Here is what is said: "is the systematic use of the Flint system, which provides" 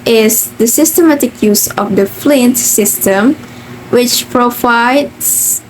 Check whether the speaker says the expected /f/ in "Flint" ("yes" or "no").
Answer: yes